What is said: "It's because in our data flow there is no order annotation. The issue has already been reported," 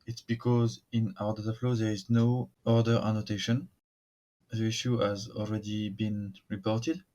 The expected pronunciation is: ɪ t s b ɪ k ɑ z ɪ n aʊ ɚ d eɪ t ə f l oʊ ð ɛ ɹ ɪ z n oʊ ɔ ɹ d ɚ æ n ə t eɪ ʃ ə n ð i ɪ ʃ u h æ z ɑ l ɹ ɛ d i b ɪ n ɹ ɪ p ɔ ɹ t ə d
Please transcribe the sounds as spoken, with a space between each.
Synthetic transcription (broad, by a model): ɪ t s b ɪ k ɑ z ɪ n aʊ ɚ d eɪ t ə f l oʊ ð ɛ ɹ ɪ z n oʊ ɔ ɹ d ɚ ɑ n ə t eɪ ʃ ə n ð i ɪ ʃ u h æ z ɑ l ɹ ɛ d i b ɪ n ɹ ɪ p ɔ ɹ t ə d